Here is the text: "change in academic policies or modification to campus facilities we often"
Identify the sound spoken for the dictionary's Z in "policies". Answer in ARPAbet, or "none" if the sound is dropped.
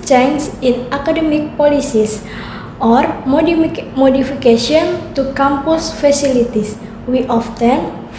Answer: S